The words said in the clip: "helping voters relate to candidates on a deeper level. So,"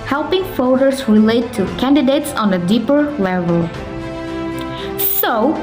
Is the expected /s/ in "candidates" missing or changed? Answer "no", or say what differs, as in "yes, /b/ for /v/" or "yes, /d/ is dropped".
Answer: no